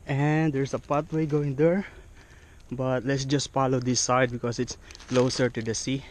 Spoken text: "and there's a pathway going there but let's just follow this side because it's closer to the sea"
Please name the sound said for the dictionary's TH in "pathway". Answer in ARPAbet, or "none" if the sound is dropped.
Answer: T